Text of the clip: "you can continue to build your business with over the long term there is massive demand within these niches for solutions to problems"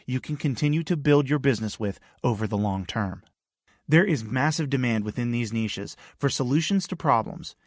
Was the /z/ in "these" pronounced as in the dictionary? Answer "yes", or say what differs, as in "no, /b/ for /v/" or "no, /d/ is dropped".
yes